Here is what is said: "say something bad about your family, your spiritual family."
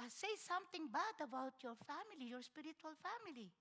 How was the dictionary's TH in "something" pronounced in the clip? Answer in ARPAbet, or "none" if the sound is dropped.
T